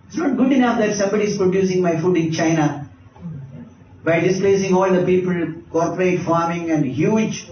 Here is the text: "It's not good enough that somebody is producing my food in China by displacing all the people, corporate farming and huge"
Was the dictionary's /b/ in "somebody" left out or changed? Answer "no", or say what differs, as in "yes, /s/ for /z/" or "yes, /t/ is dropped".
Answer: no